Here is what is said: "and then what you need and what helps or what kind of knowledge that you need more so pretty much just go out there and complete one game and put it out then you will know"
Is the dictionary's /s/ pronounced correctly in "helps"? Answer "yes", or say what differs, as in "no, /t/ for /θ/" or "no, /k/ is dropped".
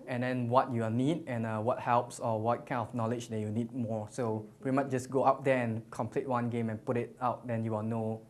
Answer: yes